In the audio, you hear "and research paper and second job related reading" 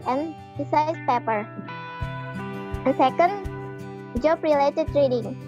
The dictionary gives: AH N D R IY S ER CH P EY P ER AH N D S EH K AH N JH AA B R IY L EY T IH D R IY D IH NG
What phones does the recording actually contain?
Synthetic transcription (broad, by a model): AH N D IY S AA S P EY P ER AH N S EH K AH N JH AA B R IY L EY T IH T R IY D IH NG